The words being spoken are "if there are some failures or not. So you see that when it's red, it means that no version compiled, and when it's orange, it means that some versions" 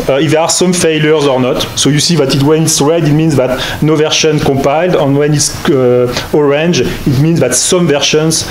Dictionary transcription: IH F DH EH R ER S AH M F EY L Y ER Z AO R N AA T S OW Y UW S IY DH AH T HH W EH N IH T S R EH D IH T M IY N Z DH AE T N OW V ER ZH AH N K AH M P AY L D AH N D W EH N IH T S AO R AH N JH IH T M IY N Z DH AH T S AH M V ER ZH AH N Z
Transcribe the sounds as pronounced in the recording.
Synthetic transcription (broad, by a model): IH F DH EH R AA S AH M F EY L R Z AO R N AA T S OW Y UW S IY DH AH T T W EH N IH T S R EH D IH T M IY N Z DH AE T N OW V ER SH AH N K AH P AY L D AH N W EH N IH T S AO R AH N JH IH T M IY N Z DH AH T S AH M V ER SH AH N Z